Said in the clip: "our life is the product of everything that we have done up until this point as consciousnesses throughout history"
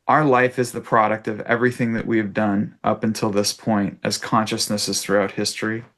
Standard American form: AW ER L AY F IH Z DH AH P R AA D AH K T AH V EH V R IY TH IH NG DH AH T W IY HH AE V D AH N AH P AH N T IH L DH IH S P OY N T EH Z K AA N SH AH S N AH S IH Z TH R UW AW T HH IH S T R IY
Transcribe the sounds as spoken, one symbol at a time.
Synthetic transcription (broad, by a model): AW ER L AY F IH Z DH AH P R AA D AH K T AH V EH V R IY TH IH NG DH AH T W IY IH V D AH N AH P AH N T IH L DH IH S P OY N T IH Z K AA N SH AH S N AH S IH Z TH R UW AW T HH IH S T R IY